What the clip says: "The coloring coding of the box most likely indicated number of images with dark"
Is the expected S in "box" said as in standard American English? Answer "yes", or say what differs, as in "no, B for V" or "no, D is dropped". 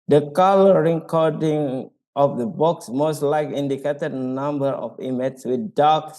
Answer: yes